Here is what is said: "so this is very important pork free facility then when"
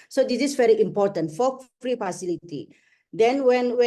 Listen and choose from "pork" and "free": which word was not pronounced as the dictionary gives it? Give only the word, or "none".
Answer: pork